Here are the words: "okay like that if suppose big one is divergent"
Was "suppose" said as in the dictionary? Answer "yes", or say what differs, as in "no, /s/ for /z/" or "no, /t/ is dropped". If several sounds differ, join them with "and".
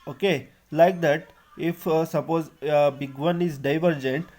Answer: yes